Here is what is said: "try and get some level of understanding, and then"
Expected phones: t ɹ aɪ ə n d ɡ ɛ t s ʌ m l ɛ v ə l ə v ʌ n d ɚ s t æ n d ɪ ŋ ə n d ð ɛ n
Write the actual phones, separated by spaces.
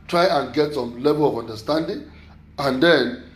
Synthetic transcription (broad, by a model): t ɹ aɪ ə n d ɡ ɛ t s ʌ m l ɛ b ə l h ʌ n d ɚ s t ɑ n d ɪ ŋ ə n d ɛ n